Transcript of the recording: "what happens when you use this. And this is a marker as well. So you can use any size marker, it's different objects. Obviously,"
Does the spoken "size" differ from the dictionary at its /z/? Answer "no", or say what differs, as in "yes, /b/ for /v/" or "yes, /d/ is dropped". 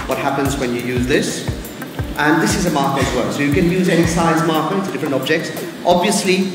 no